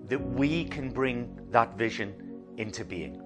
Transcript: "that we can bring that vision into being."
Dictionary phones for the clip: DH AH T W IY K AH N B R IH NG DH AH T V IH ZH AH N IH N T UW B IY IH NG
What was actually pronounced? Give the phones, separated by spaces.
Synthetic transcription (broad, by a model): DH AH T W IY K AH N B R IH NG DH AH T V IH ZH AH N IH N T UW B IY IH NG